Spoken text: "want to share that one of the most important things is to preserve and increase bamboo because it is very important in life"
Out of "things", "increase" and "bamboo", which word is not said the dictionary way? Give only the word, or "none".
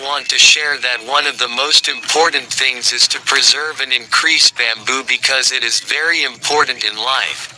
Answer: none